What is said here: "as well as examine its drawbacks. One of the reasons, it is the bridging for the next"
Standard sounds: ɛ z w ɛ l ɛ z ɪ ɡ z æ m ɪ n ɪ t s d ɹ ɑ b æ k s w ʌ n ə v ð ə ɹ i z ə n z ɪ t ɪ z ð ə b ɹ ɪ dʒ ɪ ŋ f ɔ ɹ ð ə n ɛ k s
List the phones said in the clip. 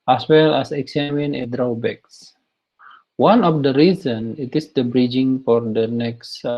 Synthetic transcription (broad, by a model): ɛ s w ɛ l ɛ s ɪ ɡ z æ m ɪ n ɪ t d ɹ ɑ b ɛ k s w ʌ n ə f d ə ɹ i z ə n ɪ t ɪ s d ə b ɹ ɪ dʒ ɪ ŋ f ɔ ɹ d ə n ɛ k s